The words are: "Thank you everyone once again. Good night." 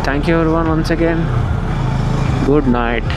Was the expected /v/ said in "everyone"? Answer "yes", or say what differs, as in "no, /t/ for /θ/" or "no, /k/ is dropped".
no, /v/ is dropped